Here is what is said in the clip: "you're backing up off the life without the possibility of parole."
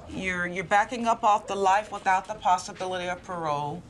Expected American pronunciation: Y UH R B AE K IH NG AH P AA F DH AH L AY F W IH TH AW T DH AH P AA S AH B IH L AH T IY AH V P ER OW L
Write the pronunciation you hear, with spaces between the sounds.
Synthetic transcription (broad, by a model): Y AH R B AE K IH NG AH P AA F DH AH L AY F W IH TH AW T DH AH P AA S AH B IH L AH T IY AH V P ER OW